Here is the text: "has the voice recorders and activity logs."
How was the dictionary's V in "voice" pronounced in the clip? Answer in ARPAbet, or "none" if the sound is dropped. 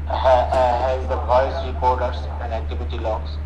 P